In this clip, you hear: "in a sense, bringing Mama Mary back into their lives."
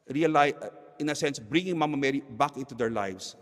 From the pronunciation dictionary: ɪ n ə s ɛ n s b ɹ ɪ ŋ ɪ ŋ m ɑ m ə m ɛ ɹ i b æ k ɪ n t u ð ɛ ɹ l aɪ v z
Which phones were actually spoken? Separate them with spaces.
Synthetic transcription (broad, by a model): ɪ n ə s ɛ n s b ɹ ɪ ŋ ɪ ŋ m ɑ m ə m ɛ ɹ i b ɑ k ɪ n t u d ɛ ɹ l aɪ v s